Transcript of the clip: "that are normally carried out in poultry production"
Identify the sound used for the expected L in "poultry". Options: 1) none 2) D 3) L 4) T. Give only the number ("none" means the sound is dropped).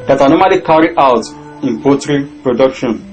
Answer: 1